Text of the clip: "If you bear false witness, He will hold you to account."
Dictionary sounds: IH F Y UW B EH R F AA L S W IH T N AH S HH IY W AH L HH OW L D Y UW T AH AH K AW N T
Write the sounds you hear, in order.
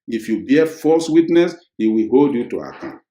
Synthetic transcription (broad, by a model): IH F Y UW B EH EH F AA S W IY T N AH S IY W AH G OW D Y UW T AH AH K AW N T